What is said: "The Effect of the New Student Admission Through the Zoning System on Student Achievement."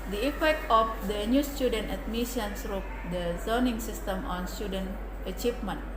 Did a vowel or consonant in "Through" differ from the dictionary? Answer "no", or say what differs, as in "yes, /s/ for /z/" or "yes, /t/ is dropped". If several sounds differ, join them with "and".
yes, /s/ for /θ/